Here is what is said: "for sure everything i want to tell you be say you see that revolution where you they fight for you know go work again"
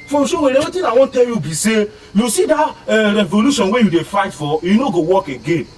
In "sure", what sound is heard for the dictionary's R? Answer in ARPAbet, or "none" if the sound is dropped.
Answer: W